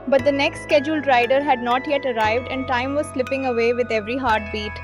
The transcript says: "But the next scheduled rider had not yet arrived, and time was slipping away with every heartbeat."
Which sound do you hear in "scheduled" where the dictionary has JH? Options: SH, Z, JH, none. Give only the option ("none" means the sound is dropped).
JH